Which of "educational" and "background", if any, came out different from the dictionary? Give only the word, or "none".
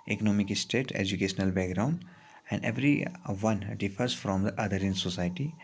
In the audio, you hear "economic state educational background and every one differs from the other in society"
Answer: none